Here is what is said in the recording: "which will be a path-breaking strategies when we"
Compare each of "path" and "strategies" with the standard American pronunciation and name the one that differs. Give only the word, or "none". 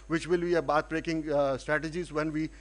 path